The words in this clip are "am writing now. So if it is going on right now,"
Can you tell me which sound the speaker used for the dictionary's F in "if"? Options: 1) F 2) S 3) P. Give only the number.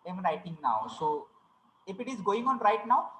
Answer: 3